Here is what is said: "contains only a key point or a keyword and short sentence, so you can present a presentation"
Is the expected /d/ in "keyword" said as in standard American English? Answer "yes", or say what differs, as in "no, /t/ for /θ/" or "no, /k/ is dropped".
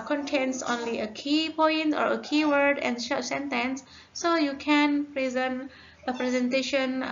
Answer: yes